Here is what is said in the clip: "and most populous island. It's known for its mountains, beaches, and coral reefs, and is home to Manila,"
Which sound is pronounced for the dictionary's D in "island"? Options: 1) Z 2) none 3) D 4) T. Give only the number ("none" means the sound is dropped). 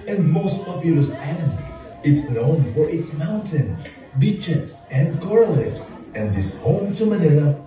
2